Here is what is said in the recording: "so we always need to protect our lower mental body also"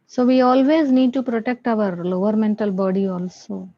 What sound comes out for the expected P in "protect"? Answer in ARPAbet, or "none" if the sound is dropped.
P